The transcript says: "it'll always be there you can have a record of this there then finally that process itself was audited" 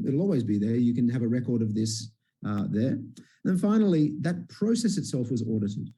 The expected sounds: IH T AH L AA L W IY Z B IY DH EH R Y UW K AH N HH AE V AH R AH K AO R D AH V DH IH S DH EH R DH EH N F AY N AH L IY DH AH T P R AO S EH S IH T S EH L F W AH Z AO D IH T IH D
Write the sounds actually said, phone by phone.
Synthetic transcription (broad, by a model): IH T L AA L W IY Z B IY DH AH R Y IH K AH N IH V AH R AH K AO R D AH V DH IH S DH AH R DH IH N F AY N L IY DH AH T P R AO S EH S IH T S EH L F W AH Z AO D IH T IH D